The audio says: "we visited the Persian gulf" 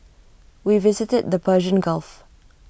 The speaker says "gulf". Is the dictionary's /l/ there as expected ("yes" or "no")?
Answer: yes